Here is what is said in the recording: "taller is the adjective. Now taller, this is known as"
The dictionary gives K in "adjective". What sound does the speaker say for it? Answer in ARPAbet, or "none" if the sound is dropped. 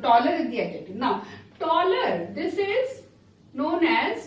none